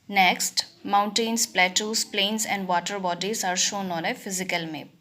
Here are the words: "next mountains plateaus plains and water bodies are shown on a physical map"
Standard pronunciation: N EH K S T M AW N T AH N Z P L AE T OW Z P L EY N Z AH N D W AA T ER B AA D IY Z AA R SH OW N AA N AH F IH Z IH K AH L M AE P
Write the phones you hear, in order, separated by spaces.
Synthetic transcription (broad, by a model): N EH K S T M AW N T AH N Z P L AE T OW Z P L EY N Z AH N D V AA T ER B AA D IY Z AA R SH OW N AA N AH F IH Z IH K AH L M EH